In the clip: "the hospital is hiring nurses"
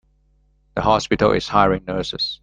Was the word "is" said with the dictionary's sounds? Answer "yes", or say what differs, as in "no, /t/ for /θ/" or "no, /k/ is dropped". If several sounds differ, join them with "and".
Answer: no, /s/ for /z/